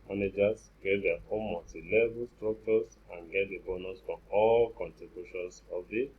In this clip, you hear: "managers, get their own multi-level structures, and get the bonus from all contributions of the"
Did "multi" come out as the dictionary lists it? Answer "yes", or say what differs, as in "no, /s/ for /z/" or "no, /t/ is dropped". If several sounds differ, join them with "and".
no, /l/ is dropped